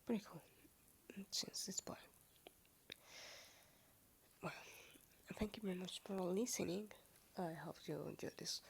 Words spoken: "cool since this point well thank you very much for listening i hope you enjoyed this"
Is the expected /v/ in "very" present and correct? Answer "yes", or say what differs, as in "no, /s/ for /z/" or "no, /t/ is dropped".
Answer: yes